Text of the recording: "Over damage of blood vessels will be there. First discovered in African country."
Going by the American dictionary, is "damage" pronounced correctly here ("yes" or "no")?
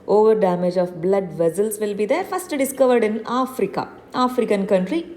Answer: yes